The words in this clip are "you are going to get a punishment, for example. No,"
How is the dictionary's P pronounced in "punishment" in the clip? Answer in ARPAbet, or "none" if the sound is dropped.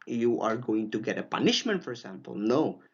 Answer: P